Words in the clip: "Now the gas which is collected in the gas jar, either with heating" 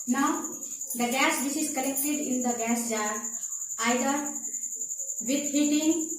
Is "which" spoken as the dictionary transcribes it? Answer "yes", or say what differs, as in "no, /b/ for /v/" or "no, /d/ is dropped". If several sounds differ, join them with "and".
no, /s/ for /tʃ/